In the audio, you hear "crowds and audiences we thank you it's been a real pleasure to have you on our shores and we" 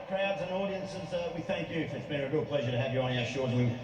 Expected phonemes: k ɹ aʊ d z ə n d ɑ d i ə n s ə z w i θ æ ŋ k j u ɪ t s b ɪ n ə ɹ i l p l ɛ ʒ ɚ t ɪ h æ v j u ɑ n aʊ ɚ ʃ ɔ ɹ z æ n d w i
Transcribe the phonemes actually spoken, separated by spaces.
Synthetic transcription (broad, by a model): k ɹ aʊ d z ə n ɑ d i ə n s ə z w i θ æ ŋ k j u ɪ t s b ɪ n ə ɹ i l p l ɛ ʒ ɚ t ɪ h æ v j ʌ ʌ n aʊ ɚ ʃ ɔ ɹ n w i